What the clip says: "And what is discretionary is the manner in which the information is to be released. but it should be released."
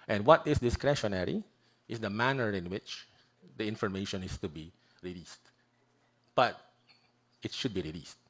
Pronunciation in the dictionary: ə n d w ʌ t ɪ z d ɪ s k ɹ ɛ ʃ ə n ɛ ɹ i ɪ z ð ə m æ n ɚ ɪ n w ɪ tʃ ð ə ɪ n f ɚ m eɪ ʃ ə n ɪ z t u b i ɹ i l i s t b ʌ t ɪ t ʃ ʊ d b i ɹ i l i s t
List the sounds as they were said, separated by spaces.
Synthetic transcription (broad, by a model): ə n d w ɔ t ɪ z d ɪ s k ɹ ɛ ʃ ə n ɛ ɹ i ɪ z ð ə m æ n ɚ ɪ n w ɪ tʃ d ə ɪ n f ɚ m eɪ ʃ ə n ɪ s t u b i ɹ i l i s t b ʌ t ɪ t ʃ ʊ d b i ɹ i l i s t